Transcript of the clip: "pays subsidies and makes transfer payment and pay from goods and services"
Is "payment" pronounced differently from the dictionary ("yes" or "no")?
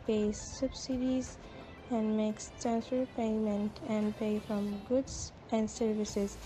no